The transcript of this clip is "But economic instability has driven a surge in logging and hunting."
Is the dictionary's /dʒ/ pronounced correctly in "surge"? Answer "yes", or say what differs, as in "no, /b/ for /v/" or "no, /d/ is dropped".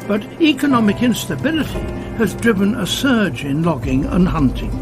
yes